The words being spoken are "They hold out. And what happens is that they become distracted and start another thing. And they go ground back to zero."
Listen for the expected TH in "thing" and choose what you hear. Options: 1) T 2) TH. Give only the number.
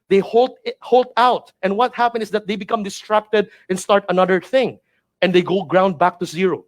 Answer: 2